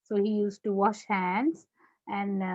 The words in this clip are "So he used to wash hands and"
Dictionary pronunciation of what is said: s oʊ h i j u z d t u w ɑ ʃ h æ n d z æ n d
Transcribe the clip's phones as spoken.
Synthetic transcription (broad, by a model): s oʊ h i j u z t u w ɑ ʃ h æ n d z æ n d